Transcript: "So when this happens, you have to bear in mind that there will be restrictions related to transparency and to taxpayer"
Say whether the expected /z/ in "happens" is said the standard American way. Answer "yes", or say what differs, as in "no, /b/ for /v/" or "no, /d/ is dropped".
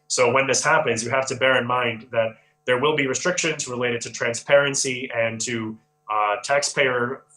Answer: yes